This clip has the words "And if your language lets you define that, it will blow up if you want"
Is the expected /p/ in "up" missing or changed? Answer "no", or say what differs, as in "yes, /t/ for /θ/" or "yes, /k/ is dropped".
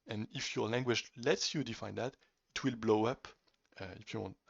no